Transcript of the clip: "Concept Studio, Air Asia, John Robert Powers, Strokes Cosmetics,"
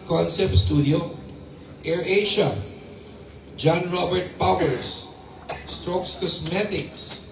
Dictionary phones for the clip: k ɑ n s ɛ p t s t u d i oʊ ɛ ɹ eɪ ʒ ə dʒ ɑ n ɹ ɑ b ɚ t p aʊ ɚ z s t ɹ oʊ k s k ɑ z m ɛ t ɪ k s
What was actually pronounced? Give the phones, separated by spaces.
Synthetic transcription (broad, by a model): k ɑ n s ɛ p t s t u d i oʊ ɛ ɹ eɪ ʃ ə dʒ ɑ n ɹ ɑ b ɚ t p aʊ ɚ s s t ɹ oʊ k s k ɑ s m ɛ t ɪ k s